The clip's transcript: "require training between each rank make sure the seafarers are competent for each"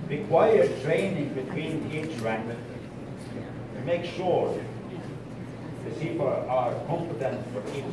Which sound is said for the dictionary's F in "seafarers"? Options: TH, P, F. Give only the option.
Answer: P